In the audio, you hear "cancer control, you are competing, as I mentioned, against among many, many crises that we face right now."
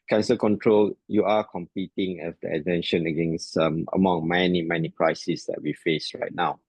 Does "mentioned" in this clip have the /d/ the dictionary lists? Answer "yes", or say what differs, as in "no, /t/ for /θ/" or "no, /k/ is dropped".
no, /d/ is dropped